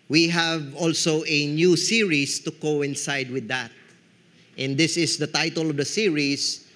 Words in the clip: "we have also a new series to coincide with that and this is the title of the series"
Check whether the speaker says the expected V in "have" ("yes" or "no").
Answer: yes